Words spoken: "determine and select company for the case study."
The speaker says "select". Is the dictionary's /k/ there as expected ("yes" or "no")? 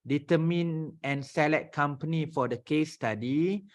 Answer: no